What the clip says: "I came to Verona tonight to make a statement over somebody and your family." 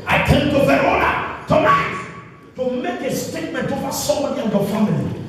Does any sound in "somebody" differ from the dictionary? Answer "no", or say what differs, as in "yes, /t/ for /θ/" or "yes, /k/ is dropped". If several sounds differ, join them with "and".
yes, /b/ is dropped